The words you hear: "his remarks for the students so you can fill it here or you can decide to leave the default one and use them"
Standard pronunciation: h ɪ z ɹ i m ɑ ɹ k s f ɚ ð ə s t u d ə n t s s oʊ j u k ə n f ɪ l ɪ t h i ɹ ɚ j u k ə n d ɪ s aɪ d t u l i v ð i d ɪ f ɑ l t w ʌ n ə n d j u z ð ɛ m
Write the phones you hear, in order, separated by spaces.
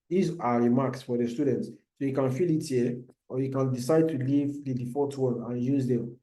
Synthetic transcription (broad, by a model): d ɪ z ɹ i m ɑ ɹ k s f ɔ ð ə s t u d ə n t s s oʊ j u k ə n f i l ɪ t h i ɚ j u k ə n d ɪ s aɪ d t u l i v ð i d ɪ f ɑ t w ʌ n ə n j u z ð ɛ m